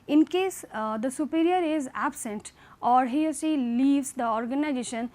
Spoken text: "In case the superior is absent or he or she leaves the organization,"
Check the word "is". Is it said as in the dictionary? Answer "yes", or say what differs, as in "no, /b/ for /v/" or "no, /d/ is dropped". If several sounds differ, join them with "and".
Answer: yes